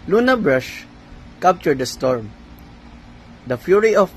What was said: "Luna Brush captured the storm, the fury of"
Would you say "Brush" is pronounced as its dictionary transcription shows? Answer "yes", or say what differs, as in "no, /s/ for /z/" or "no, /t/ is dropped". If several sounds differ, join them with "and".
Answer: yes